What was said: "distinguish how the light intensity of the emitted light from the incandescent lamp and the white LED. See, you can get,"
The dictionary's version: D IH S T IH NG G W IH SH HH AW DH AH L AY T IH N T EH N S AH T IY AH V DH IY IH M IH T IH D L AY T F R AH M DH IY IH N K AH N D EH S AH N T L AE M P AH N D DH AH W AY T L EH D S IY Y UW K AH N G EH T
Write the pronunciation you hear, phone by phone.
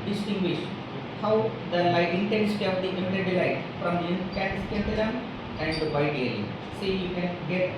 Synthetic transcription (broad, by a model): D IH S T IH NG G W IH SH HH AW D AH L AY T IH N T EH N S AH T IY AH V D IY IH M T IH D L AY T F R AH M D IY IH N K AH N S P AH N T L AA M AH N D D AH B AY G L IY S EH Y UW K AH N G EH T